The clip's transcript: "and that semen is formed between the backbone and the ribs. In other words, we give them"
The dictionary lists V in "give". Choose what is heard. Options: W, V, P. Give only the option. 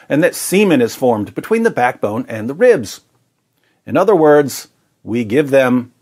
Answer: V